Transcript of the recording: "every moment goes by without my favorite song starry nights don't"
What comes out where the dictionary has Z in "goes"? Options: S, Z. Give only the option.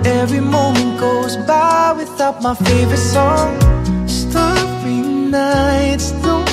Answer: Z